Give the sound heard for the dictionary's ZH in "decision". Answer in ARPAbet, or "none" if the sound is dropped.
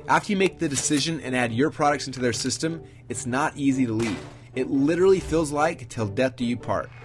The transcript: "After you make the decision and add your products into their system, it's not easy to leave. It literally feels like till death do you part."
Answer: ZH